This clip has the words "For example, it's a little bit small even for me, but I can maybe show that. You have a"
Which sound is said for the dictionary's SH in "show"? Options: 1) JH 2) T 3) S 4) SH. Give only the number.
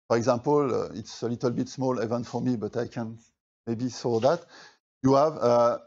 3